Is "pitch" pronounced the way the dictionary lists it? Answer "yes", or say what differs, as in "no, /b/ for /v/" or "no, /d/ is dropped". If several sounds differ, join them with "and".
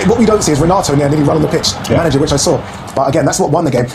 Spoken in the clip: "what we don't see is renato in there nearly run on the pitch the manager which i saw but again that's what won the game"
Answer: yes